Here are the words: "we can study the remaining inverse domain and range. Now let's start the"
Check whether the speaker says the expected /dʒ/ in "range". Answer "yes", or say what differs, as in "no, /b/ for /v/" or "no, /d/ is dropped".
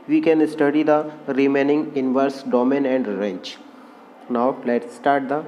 no, /tʃ/ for /dʒ/